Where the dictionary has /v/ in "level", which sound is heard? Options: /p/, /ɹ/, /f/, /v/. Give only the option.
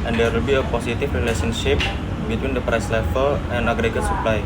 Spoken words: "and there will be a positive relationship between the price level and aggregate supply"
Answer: /f/